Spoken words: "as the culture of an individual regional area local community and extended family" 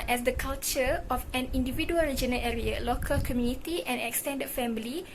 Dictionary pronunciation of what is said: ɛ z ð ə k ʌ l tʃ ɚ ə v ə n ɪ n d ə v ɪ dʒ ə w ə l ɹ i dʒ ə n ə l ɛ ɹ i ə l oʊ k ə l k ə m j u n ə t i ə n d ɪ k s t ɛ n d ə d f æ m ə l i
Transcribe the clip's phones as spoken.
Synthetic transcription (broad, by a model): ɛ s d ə k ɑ l tʃ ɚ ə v ə n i n d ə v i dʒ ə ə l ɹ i dʒ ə n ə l ɛ ɹ i ə l oʊ k ə l k ə m j u n ə t i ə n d ɪ k s t ɛ n d ə d f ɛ m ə l i